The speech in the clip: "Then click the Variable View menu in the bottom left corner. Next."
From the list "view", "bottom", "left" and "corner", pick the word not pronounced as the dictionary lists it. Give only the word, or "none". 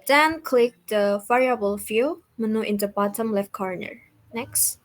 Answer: view